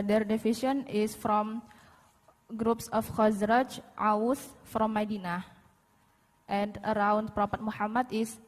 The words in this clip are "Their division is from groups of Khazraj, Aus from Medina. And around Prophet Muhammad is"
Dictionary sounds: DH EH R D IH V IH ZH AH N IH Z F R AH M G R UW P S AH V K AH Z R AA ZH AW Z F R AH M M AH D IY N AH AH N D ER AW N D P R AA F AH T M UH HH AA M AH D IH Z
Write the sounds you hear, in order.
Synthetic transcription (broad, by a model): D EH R D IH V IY SH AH N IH S F R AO M G R UW P S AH F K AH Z R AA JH AW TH F R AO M M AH D IY N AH AH N D ER AW N D P R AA P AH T M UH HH AA M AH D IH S